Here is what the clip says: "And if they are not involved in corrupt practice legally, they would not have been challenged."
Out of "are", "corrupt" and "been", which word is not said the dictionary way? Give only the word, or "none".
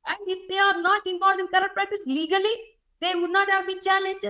corrupt